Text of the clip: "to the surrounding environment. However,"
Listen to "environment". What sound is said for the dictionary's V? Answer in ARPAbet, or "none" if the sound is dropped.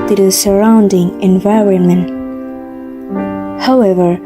V